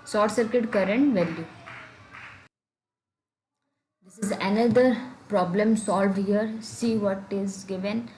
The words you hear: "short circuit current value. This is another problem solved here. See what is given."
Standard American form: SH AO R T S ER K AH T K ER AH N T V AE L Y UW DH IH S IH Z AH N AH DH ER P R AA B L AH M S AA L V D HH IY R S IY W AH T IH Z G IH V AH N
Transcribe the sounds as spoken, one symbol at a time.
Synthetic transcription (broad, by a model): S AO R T S ER K AH T K ER AH N T V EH L Y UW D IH S IH Z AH N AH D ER P R AA B L AH M S AA L V D HH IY R S IY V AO T IH Z G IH V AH N